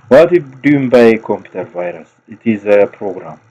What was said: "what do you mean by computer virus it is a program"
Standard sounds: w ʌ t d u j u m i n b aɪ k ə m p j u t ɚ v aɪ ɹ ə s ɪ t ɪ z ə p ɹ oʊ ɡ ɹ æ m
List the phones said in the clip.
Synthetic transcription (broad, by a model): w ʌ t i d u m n b aɪ k ə m p j u t ɚ v aɪ ɹ ə s ɪ t ɪ z ə p ɹ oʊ ɡ ɹ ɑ m